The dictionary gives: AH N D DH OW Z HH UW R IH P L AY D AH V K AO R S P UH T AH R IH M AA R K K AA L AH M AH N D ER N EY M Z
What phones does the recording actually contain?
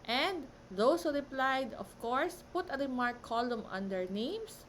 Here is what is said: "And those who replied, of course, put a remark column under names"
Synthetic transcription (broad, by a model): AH N D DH OW S HH UW R IH P L AY D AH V K AO R S P UH T AH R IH M AA R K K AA L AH M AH N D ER N EY M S